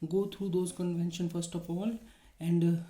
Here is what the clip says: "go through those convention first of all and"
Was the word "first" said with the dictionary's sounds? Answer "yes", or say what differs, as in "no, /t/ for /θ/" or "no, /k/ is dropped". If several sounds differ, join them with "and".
yes